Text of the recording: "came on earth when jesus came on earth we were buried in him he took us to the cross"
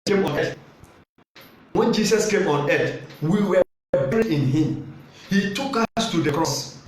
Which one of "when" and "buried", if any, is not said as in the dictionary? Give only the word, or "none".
buried